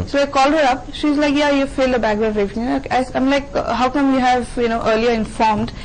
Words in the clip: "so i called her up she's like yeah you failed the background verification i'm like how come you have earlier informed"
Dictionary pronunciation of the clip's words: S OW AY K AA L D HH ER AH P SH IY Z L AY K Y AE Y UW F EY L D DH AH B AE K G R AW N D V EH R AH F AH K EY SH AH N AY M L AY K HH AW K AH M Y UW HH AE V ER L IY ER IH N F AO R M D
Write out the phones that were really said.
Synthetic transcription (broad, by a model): S OW AY K AA L D HH ER AH P SH IY Z L AY K Y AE Y UW F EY L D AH B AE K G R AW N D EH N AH AH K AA AH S AY M L AY K HH AW K AH M Y UW HH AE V ER L IY ER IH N F AO R M D